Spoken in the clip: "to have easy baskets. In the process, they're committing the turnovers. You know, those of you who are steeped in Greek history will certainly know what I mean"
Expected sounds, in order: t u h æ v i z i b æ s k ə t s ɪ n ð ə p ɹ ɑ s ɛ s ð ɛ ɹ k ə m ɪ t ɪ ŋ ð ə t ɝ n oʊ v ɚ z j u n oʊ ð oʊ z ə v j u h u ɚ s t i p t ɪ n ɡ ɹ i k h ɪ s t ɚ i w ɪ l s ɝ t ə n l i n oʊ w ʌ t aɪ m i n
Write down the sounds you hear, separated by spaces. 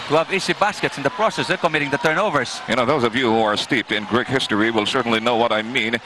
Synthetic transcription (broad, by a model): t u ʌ v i s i b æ s k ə t s ɪ n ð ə p ɹ ɑ s ɛ s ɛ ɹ k ə m ɪ t ɪ ŋ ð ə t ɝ n oʊ v ɚ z j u n oʊ ð oʊ z ə v j u h u ɚ s t i p t ɪ n ɡ ɹ i k h ɪ s t ɚ i w ɪ l s ɝ t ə n l i n oʊ w ʌ t aɪ m i n